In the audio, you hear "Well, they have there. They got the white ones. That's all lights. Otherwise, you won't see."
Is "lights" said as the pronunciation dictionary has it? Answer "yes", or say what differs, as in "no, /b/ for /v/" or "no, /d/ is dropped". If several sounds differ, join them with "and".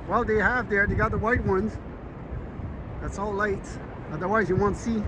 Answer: no, /s/ is dropped